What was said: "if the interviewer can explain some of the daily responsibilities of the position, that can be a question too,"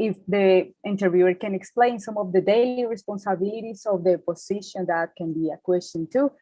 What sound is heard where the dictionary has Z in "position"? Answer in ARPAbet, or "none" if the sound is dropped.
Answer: S